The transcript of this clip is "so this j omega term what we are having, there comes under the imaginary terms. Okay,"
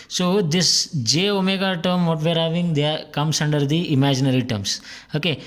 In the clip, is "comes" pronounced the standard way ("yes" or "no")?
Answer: no